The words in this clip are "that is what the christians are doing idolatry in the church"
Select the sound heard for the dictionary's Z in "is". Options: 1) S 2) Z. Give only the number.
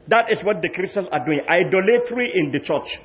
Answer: 1